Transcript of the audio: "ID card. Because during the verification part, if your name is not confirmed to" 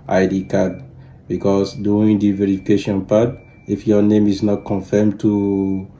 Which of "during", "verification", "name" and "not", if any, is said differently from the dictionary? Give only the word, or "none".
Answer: during